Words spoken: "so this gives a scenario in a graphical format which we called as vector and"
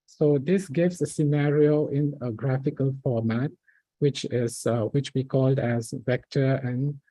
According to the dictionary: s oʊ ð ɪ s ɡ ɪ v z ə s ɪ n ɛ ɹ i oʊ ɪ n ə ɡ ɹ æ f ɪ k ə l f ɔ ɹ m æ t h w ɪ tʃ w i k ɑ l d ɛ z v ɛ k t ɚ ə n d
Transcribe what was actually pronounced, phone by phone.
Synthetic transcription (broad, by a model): s oʊ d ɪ s ɡ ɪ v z ə s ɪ n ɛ ɹ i oʊ ɪ n ə ɡ ɹ æ f ɪ k ə l f ɔ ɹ m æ t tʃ w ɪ tʃ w i k ɑ l d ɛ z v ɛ k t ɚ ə n